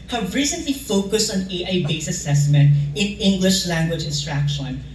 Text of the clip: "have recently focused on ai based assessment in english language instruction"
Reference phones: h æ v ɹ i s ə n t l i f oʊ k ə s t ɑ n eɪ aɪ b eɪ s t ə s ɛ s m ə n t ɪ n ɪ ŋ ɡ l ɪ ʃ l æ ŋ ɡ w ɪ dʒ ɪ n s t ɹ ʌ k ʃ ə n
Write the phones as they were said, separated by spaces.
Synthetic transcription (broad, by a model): h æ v ɹ i s ə n t l i f oʊ k ə s t ɑ n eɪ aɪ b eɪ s ə s ɛ s m ə n t ɪ n ɪ ŋ ɡ l ɪ ʃ l æ ŋ ɡ w ɪ dʒ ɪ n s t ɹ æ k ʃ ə n